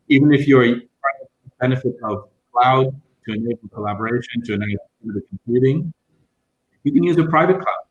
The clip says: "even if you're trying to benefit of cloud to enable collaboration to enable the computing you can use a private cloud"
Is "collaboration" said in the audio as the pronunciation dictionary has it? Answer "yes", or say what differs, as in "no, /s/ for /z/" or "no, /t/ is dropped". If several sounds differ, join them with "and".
yes